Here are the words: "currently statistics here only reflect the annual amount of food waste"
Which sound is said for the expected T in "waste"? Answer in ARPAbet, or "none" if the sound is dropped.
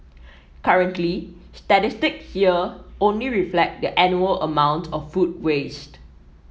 T